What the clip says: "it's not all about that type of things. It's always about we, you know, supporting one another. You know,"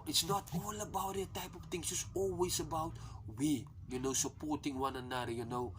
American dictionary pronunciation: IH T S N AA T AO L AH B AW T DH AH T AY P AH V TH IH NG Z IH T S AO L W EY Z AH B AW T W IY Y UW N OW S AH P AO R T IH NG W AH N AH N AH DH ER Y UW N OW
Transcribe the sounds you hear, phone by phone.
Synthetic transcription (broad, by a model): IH T S N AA T AO L AH B AW T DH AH T AY P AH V T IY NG S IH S AO L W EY S AH B AW T W IY Y UW N OW S AH P AO R T IH NG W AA N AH N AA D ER Y UW N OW